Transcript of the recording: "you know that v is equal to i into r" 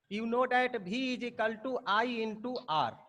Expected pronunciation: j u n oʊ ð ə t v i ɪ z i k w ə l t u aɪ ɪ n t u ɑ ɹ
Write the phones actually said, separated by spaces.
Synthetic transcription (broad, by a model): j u n oʊ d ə t b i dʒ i k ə l t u aɪ ɪ n t u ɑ ɹ